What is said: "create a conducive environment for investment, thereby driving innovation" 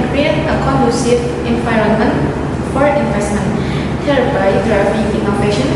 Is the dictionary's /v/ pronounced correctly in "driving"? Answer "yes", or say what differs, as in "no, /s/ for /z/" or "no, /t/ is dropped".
no, /p/ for /v/